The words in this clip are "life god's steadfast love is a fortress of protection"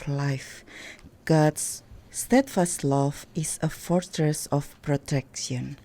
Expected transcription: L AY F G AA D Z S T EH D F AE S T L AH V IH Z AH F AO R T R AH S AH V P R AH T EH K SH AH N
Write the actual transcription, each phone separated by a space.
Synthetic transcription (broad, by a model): L AY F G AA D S T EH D F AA S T L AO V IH S AH F AO R T R AH S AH F P R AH T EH K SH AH N